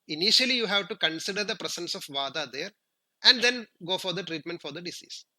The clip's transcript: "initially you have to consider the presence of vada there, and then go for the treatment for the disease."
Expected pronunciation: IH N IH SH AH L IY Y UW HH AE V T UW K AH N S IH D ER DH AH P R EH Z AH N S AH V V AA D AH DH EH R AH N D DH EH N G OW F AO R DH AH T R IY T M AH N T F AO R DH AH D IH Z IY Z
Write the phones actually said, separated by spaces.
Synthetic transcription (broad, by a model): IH N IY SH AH L IY Y UW HH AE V T UW K AH N S IH D ER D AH P R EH S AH N S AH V V AA D AH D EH R AH N D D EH N G OW F AO R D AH T R IY T M AH N T F AO R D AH D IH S IY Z